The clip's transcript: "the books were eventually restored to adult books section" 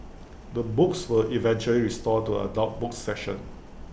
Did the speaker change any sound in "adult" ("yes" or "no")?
yes